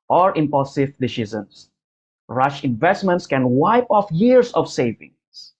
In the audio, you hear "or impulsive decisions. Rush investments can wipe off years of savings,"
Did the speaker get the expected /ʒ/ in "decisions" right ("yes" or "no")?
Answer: no